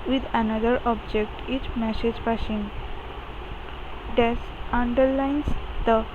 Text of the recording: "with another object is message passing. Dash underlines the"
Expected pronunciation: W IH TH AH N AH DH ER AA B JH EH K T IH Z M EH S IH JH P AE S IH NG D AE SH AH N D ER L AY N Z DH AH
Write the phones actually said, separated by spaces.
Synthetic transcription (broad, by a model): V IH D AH N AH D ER AA B JH EH K T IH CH M EH S IH JH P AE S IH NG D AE S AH N D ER L AY N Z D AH